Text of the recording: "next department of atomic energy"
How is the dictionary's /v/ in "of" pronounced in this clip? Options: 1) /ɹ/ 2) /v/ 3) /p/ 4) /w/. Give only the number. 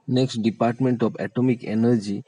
3